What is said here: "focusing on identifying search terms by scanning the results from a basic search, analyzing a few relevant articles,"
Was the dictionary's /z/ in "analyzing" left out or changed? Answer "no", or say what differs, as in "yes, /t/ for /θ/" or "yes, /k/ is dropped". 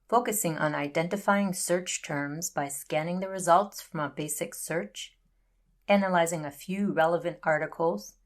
no